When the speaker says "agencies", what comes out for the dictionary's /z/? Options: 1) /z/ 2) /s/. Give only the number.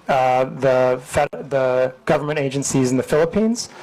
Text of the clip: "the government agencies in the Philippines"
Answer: 1